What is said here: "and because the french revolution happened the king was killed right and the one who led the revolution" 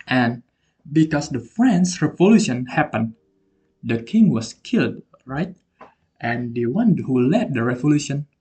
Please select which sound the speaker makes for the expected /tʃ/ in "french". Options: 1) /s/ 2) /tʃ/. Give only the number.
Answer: 1